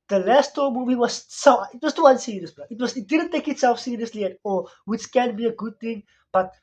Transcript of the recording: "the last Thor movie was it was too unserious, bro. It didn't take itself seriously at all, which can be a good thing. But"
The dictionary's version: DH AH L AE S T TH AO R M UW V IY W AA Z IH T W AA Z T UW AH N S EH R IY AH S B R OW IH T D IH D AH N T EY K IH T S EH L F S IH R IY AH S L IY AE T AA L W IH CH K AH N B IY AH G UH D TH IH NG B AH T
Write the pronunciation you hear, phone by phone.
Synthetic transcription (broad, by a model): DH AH L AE S T T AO M UW V IY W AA S IH T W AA S T UW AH N S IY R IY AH S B W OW IH T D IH D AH N T EY K IH T S EH L F S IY R IY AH S L IY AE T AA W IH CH K AH N B IY AH G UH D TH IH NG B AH T